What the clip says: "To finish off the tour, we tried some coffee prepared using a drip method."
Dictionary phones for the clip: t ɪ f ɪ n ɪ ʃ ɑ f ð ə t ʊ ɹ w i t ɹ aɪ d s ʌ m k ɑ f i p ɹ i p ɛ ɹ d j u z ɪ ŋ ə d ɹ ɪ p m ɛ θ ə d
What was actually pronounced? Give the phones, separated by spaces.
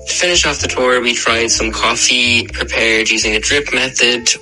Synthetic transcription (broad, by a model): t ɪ f ɪ n ɪ ʃ ɑ f ð ə t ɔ ɹ w i t ɹ aɪ d s ʌ m k ɑ f i p ɹ i p ɛ ɹ d j u z ɪ ŋ ə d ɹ ɪ p m ɛ θ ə d